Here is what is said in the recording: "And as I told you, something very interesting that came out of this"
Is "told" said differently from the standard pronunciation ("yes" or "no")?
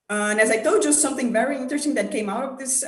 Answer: yes